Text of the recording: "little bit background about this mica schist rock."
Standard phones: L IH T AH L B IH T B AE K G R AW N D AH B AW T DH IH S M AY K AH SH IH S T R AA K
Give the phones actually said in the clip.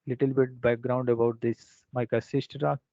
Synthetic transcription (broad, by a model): L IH T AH L B IH T B AE K G R AW N D AH B AW T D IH S M AY K AH S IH S T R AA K